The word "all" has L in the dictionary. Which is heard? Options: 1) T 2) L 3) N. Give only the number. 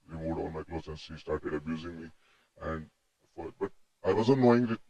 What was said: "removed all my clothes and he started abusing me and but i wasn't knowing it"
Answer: 3